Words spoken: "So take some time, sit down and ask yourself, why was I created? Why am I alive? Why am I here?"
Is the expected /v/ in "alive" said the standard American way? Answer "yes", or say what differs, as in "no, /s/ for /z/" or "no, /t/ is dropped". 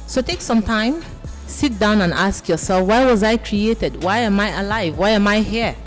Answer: yes